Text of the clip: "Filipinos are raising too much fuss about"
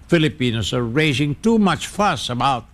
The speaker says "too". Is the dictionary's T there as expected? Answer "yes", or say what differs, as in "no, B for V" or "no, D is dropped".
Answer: yes